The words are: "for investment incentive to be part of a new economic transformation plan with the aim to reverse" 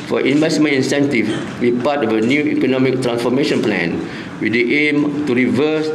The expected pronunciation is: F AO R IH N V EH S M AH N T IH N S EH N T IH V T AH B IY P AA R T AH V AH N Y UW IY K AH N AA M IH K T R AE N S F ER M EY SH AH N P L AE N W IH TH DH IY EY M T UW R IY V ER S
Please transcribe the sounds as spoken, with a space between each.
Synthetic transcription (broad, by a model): F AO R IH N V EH S M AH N IH N S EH N T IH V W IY P AA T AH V AH N Y UW IY K AH N AA M IH K T R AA N S F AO M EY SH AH N P L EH N W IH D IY EY M T UW R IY V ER S